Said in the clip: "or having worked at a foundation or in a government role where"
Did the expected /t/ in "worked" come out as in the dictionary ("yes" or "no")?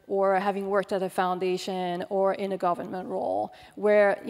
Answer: yes